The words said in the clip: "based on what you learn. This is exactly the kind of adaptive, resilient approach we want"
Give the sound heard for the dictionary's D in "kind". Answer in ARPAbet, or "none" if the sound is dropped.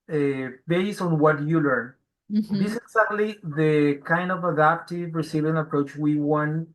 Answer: D